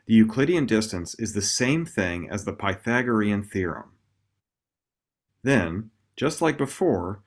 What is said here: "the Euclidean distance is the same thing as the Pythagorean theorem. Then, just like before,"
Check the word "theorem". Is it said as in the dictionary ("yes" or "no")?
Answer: yes